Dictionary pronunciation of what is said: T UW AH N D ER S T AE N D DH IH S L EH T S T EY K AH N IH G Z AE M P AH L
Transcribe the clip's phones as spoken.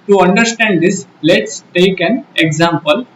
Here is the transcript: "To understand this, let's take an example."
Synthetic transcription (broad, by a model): T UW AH N D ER S T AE N D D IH S L EH T S T EY K AH N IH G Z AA M P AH L